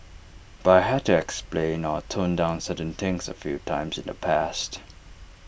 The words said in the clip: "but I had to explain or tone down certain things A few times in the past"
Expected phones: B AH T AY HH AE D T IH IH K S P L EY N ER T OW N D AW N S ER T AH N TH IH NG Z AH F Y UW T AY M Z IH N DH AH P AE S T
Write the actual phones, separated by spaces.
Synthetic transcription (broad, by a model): B AH T AY HH AE D T IH IH K S P L EY N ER T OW N D AW N S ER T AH N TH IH NG S AH F Y UW T AY M Z IH N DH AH P AE S T